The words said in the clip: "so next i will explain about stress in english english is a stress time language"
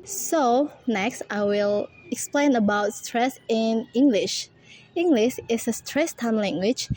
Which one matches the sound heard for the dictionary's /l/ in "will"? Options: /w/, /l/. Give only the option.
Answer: /l/